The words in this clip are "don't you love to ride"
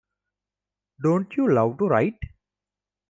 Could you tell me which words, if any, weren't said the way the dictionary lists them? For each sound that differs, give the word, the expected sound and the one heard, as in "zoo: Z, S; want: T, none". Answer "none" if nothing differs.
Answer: love: V, W